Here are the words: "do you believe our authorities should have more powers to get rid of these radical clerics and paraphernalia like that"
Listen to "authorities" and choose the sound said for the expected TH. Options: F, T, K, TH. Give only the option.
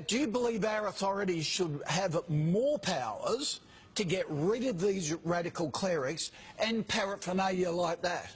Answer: TH